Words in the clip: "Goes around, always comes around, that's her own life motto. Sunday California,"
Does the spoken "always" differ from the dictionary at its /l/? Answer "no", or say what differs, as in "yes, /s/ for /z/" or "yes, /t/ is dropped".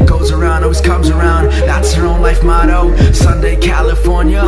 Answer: yes, /l/ is dropped